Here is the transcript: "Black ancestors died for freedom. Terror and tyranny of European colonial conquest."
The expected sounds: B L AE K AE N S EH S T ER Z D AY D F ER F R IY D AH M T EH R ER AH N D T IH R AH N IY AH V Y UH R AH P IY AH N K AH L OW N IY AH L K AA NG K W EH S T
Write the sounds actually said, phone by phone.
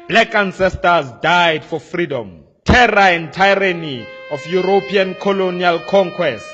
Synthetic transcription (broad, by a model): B L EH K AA N S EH S T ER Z D AY D F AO F R IY D AH M T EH R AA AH N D T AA R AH N IY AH F Y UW R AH P IY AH N K AH L OW N IY AH L K AA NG K W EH S T